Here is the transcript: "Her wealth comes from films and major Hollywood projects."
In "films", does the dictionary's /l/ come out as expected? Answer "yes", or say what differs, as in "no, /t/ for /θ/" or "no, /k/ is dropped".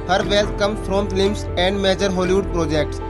no, /l/ is dropped